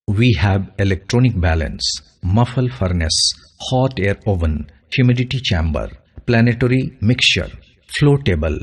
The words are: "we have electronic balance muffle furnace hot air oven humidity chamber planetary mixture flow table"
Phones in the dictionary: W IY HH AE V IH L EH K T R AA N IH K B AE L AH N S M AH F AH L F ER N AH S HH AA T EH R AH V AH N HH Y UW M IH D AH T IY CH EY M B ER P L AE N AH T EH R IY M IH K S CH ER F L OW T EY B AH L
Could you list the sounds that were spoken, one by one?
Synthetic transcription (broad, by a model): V IY HH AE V IH L EH K T R AA N IH K B AE L AH N S M AH F AH L F ER N AH S HH AA T EH R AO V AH N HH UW M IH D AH T IY CH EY M B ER P L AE N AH T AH R IY M IH K S CH ER F L OW T EY B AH L